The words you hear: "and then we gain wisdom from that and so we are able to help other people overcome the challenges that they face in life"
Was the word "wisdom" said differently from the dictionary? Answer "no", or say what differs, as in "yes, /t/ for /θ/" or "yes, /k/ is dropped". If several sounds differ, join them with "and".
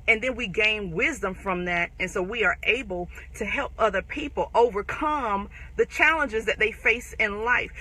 no